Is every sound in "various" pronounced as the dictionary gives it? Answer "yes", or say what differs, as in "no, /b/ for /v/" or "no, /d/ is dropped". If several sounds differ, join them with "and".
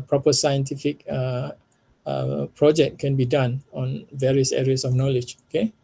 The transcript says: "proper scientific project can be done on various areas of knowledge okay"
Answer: yes